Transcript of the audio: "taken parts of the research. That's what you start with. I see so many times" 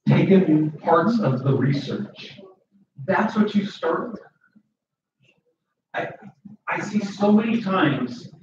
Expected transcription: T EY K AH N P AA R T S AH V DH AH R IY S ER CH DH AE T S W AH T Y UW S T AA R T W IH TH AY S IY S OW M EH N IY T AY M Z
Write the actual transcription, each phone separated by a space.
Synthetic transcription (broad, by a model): T EY K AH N P AA R T S AH V DH AH R IY S ER CH DH AE T S W AH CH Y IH S T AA R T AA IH AY S IY S OW M EH N IY T AY M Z